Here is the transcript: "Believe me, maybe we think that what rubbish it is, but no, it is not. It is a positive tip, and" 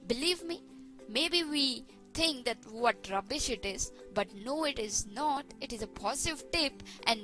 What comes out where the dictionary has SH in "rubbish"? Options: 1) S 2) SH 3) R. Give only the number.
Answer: 2